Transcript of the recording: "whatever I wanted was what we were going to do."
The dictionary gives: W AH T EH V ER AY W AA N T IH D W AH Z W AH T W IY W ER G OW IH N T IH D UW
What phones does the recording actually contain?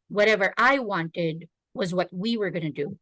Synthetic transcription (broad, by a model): W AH T EH V ER AY W AA N T IH D W AH Z W AH T W IY W ER G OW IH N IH D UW